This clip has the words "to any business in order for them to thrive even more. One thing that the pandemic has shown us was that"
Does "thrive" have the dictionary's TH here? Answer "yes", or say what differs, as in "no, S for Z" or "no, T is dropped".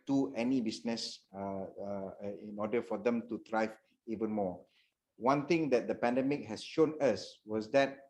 no, T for TH